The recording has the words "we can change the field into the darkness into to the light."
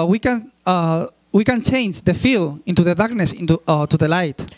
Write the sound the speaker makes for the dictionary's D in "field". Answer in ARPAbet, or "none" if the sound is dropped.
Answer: none